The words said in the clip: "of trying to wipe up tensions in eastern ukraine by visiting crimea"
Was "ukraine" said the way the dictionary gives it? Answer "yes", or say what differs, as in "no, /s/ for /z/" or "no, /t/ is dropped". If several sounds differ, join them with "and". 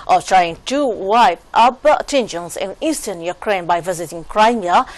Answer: yes